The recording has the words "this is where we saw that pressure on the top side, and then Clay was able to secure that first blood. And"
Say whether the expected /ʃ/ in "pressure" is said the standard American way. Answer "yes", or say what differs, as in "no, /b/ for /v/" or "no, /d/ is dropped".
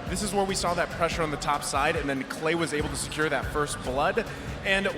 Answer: yes